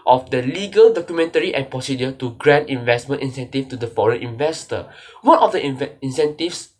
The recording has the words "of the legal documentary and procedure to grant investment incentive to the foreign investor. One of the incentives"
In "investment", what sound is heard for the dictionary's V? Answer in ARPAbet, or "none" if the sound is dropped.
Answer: V